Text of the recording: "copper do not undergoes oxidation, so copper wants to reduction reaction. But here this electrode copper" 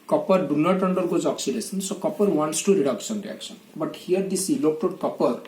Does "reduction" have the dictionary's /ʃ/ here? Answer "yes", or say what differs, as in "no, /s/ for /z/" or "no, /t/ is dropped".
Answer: no, /s/ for /ʃ/